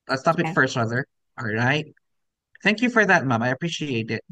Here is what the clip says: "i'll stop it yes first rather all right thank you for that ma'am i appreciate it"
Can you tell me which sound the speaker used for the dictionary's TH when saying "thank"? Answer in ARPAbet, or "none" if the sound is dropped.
TH